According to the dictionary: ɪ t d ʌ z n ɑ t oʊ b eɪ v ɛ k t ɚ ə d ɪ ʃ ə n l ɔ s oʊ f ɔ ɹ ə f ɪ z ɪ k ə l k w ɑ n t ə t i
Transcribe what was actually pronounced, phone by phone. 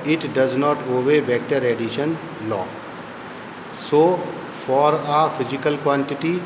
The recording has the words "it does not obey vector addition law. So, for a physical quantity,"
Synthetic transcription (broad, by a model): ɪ t d ʌ z n ɑ t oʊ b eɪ b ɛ k t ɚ ə d ɪ ʃ ə n l ɔ s oʊ f ɔ ɹ ə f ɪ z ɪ k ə l k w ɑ n t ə t i